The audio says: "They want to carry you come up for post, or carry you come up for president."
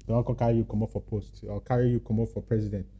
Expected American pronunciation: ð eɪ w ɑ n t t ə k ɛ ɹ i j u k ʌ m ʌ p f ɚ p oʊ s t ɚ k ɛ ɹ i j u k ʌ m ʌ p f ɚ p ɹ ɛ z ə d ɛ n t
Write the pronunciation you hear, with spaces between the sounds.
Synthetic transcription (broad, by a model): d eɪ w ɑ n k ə k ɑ ɹ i j u k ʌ m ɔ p f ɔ p oʊ s t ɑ k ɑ ɹ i j u k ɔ m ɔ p f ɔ p ɹ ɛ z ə d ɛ n t